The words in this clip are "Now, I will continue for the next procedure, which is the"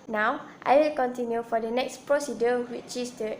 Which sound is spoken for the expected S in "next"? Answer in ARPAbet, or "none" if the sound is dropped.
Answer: S